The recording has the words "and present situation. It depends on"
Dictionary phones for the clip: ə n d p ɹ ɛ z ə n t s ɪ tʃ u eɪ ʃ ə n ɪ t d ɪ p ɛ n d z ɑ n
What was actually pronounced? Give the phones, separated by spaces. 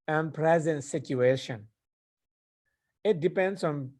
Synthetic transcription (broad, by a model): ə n p ɹ ɛ z ə n t s ɪ tʃ u eɪ ʃ ə n ɪ t d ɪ p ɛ n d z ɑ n